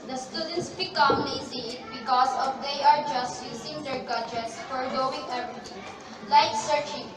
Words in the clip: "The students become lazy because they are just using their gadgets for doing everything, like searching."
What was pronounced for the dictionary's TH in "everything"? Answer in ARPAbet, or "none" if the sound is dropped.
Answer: T